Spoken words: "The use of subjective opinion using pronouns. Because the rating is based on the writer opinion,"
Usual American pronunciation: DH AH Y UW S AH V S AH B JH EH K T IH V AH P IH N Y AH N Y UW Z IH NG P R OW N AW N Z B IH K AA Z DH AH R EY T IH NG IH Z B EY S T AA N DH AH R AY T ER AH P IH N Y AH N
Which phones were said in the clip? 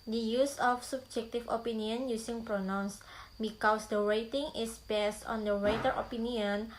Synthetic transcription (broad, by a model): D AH Y UW S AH F S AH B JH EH K T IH F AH P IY N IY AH N Y UW S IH NG P R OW N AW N S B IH K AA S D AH R EY T IH NG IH S B EY S T AA N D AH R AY T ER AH P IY N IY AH N